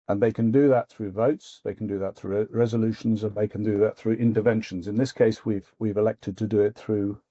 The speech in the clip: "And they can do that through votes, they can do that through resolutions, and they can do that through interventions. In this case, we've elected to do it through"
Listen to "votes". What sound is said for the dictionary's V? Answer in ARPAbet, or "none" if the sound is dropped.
V